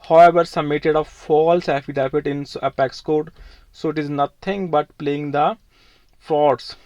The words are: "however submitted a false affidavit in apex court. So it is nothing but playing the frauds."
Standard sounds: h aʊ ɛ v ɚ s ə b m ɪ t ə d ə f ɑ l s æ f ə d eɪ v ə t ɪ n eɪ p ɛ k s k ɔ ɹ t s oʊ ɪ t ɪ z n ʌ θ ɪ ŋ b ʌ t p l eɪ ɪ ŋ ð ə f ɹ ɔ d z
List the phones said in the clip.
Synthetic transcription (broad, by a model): h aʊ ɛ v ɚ s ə m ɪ t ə d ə f ɑ l s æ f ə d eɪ f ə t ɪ n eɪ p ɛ k s k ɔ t s oʊ ɪ t ɪ z n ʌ t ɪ ŋ b ʌ t p l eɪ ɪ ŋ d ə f ɹ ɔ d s